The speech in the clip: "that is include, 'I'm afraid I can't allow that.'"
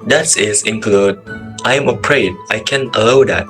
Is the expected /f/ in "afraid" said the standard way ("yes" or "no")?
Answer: no